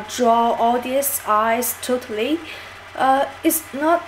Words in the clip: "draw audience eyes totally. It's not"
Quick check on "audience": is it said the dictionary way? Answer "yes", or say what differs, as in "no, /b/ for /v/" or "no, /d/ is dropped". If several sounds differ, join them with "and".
no, /n/ is dropped